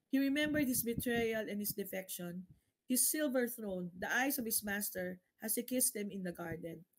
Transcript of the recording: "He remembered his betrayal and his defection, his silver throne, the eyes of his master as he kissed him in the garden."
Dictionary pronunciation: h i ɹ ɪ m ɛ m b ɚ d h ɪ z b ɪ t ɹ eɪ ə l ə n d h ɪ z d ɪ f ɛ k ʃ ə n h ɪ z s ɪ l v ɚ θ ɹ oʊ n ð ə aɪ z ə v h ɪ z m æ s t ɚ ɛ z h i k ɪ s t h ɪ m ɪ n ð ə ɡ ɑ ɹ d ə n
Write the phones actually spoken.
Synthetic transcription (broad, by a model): h i ɹ ɪ m ɛ m b ɚ d h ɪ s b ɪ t ɹ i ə l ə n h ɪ s d ɪ f ɛ k ʃ ə n h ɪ s ɪ l v ɚ θ ɹ oʊ n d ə aɪ s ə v h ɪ s m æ s t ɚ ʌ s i k ɪ s t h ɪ m ɪ n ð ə ɡ ɑ ɹ d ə n